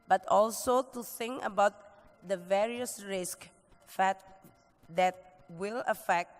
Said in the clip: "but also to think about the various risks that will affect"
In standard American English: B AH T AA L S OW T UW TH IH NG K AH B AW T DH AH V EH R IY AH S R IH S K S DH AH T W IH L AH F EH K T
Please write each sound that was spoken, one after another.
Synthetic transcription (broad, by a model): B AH T AA L S OW T UW TH IH NG K AH B AW T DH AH V EH R IY AH S R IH S K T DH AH T W IH L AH F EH K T